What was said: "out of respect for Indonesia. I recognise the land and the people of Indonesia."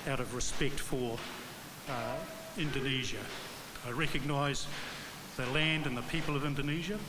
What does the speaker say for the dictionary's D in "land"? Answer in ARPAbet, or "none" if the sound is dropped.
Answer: D